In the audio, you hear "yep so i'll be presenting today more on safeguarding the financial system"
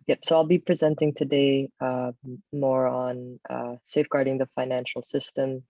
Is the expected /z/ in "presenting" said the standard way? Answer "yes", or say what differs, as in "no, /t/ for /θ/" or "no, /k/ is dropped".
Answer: yes